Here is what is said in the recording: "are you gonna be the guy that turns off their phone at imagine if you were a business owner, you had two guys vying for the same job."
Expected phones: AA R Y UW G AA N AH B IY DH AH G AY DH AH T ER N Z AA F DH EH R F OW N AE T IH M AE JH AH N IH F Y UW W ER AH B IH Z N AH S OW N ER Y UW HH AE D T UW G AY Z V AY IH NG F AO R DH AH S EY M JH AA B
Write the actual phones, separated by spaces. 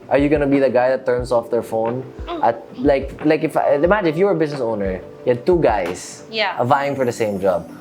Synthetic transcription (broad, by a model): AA R Y UW G AA N AH B IY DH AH G AY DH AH T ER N S AA F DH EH R F OW N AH T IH M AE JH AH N IH F Y UW W ER AH B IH S N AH S OW N ER Y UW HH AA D T UW G AY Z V AY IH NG F AO R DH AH S EY M JH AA B